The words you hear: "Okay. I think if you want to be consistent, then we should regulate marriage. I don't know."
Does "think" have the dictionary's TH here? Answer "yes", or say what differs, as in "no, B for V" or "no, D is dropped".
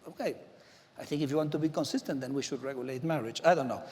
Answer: yes